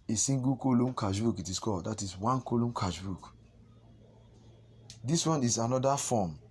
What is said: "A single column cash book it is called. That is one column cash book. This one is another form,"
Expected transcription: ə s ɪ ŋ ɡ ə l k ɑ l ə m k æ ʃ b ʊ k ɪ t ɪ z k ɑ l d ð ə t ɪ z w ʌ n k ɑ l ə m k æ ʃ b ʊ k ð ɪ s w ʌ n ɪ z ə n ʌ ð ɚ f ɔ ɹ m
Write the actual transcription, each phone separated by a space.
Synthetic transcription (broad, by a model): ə s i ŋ ɡ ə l k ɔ l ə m k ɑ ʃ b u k ɪ t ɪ s k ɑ d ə t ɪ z w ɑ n k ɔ l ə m k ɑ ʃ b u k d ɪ s w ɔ n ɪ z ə n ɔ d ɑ f ɔ m